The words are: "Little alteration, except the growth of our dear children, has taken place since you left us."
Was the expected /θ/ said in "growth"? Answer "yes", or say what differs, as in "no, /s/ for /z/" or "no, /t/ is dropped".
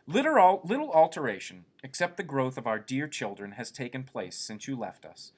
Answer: yes